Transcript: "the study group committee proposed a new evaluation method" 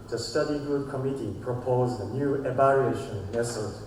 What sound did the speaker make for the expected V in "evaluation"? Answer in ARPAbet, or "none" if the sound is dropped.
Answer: B